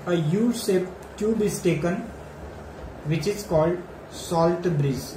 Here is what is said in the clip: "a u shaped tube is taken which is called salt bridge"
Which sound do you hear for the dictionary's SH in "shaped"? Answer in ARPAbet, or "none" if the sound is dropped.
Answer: S